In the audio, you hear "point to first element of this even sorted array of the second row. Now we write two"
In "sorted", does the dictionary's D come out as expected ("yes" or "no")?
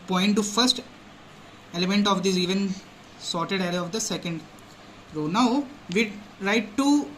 yes